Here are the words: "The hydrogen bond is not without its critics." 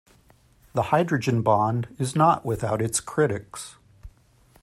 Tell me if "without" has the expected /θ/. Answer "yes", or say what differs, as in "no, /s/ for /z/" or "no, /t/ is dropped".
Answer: yes